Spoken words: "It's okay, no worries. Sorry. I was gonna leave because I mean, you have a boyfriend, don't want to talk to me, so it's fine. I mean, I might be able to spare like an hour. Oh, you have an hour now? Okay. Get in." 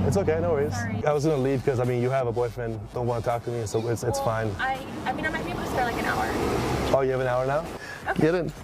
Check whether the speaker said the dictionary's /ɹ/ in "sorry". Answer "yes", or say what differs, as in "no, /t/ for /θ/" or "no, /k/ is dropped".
no, /ɹ/ is dropped